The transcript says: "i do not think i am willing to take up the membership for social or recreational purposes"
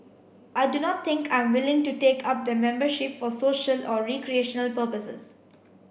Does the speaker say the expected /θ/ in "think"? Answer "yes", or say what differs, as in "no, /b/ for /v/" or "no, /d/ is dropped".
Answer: no, /t/ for /θ/